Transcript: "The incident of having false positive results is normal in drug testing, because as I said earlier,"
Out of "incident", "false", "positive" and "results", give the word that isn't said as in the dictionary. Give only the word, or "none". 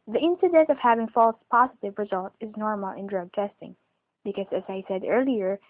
results